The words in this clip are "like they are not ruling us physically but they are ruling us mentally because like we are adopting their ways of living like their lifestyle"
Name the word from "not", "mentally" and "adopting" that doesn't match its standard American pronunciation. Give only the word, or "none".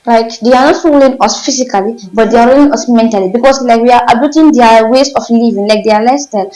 adopting